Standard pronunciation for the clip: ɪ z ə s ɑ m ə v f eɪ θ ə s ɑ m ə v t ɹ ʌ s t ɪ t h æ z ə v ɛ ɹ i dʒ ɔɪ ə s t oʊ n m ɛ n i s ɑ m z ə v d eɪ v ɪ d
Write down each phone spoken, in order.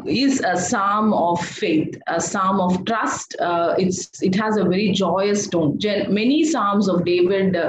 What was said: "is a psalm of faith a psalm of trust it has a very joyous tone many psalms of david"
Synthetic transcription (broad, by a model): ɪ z ə s ɑ m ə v f eɪ t ə s ɑ m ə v t ɹ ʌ s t ɪ t h æ z ə v ɛ ɹ i dʒ ɔɪ ə s t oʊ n m ɛ n i s ɑ m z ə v d eɪ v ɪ d